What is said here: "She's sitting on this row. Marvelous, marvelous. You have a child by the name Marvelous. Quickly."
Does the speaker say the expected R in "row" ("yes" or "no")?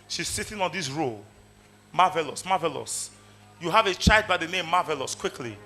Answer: yes